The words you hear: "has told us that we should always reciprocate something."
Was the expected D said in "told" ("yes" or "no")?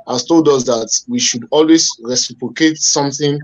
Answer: yes